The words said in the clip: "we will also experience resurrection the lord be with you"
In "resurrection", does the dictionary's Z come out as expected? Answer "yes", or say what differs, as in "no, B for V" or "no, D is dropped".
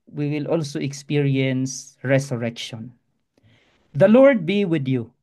no, S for Z